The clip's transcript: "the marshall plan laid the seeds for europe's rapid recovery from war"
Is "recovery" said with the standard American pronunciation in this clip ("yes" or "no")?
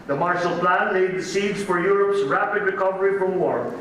yes